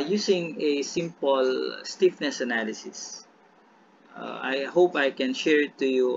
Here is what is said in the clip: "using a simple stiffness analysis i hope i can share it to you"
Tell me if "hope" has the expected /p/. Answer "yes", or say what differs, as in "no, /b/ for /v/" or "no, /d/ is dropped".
yes